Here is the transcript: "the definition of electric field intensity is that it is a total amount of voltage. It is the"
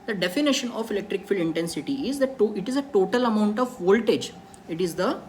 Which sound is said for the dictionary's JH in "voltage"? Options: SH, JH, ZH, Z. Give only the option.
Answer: JH